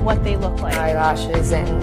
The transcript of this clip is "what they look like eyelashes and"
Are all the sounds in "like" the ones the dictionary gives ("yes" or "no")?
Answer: no